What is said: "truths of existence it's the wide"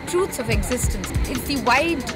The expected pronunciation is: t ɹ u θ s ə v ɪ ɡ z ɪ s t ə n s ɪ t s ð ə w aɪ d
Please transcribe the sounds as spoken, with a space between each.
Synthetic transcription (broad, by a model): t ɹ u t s ə v ɪ ɡ z ɪ s t ə n s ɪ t ð ə w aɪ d